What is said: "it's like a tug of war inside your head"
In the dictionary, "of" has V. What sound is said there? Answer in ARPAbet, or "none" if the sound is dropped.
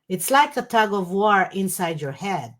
V